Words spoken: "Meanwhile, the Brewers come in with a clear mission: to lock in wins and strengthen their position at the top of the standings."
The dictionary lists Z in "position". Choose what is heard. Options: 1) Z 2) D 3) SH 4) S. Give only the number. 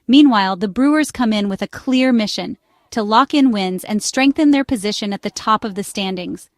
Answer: 1